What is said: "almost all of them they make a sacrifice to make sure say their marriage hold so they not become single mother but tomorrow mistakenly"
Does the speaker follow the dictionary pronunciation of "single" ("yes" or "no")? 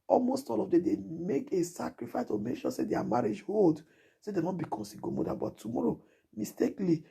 no